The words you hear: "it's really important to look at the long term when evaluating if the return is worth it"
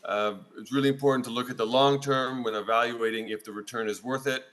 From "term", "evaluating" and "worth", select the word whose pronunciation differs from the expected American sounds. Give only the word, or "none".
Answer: none